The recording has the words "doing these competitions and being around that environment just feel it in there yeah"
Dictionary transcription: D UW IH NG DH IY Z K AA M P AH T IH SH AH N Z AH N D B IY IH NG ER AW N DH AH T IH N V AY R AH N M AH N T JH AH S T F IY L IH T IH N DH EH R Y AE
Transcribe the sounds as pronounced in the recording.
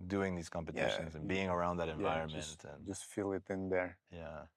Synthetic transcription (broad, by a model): D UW IH NG DH IY Z K AA M P AH T IH SH AH N Z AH N B IY IH NG ER AW N DH AH T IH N V AY R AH N M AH N T JH AH S T F IY L IH T IH N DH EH R Y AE